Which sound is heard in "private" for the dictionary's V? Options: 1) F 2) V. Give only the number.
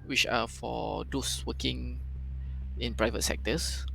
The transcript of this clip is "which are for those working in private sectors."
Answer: 2